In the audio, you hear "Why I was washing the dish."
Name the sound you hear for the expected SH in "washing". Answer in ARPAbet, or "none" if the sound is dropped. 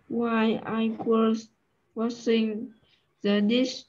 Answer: S